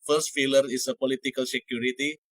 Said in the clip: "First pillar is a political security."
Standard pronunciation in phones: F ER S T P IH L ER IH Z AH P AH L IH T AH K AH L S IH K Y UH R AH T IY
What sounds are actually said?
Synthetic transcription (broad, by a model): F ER S T F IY L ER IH S AH P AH L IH T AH K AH L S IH K Y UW R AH T IY